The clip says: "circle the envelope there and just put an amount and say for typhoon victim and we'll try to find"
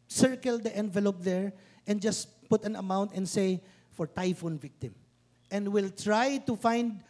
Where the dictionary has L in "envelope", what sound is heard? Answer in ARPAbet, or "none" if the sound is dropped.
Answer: L